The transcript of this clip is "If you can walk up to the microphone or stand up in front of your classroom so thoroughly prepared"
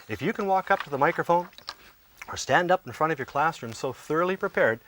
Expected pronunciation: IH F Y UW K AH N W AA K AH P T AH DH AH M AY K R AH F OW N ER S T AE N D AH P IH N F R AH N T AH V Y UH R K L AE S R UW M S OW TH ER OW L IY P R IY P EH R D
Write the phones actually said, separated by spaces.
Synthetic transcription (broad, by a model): IH F Y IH K AH N W AA K AH P T AH DH AH M AY K R AH F OW N ER S T AE N D AH P N F R AH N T AH V Y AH R K L AE S R UW M S OW TH ER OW L IY P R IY P EH R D